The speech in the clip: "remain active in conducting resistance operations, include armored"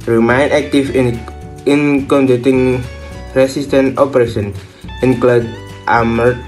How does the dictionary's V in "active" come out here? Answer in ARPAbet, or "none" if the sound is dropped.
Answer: F